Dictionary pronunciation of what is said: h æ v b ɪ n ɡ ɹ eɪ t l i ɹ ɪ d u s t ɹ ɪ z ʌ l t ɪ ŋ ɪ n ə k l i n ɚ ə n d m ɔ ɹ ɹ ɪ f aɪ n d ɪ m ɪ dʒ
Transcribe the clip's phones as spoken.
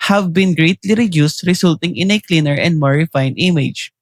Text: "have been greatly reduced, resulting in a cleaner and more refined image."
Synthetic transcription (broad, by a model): h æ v b ɪ n ɡ ɹ eɪ t l i ɹ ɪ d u s t ɹ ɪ s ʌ l t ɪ ŋ ɪ n ə k l i n ɚ ə n d m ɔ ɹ ɹ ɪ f aɪ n ɪ m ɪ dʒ